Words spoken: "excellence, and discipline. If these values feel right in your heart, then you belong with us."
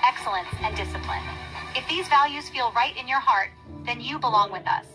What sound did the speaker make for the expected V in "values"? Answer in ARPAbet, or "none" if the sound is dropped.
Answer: V